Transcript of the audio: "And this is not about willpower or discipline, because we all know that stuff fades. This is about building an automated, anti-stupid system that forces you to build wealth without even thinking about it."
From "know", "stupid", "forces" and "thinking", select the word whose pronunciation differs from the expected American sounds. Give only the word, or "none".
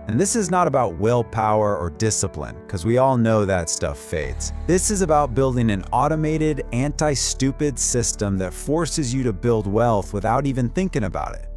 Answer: none